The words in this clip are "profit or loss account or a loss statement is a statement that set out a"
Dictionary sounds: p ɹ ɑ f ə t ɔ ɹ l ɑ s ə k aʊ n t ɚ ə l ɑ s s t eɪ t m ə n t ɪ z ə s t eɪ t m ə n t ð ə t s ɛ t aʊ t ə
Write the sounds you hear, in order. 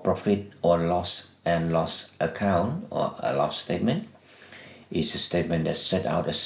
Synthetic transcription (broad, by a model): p ɹ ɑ f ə t ɔ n l ɑ s ə k aʊ n t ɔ ə l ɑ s s t eɪ t m ə n t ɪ s ə s t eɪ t m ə n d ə t s ɛ t aʊ t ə